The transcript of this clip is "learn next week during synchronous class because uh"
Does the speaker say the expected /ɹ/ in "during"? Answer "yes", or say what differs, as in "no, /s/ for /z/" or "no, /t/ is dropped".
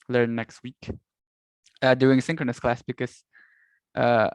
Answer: no, /ɹ/ is dropped